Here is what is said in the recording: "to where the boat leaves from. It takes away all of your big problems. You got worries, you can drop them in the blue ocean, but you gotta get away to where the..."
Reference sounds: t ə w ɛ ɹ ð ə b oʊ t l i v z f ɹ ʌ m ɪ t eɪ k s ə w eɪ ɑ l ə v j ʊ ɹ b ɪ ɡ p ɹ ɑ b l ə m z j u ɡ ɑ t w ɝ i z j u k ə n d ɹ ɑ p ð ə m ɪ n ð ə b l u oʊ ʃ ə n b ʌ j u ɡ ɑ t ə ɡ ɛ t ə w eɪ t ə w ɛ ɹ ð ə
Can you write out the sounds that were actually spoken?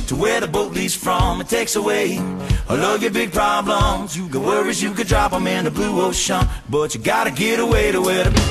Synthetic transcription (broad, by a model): t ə w ɛ ɹ ð ə b oʊ t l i z f ɹ ʌ m ɪ t eɪ k s ə w eɪ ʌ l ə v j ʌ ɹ b ɪ ɡ p ɹ ɑ b l ə m z j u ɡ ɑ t w ɝ i z j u k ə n d ɹ ɑ p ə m ɪ n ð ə b l u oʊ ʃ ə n b ʌ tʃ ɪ ɡ ɑ t ə ɡ ɛ t ə w eɪ t ə w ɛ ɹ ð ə